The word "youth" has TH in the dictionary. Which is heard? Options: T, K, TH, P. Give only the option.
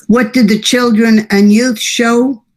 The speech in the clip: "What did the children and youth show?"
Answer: TH